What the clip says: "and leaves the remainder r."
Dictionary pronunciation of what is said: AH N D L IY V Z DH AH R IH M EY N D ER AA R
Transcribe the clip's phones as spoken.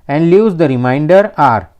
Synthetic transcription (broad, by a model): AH N D L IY Z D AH R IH M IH N D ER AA R